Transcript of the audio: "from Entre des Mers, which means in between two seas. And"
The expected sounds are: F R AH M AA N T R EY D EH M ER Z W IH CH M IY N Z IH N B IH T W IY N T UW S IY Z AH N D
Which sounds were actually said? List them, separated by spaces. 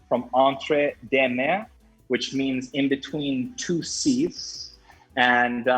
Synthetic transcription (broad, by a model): F R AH M AA N T R EY D EH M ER W IH CH M IY N Z IH N B IH T W IY N T UW S IY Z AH N